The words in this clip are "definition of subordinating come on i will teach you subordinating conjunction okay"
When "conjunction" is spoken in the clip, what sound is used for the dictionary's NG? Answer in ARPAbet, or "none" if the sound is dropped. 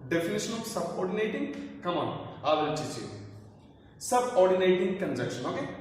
none